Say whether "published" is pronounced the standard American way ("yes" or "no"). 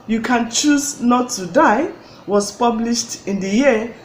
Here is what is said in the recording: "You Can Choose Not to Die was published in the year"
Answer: yes